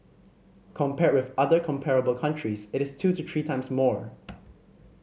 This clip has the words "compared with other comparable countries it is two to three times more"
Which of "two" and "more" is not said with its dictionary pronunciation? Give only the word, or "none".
none